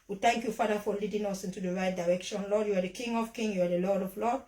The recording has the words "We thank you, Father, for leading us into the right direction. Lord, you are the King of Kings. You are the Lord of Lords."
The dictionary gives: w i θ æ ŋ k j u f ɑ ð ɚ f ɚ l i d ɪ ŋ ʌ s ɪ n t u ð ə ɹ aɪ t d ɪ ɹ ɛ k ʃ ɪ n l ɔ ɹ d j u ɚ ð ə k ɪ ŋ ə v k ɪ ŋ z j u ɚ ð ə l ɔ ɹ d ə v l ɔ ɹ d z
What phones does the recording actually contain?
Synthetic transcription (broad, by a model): w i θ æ ŋ k j u f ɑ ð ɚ f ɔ l i d ɪ ŋ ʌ s ɪ n t u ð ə ɹ aɪ t d ɪ ɹ ɛ k ʃ ɪ n l ɔ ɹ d j u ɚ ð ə k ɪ ŋ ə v k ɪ ŋ j u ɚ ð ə l ɔ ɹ d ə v l ɔ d